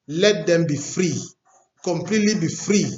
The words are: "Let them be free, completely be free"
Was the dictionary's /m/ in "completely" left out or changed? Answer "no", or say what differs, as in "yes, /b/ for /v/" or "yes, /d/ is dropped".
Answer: no